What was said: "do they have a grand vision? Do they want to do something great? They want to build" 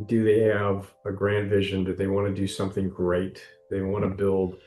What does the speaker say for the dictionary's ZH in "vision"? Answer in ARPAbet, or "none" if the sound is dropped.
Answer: ZH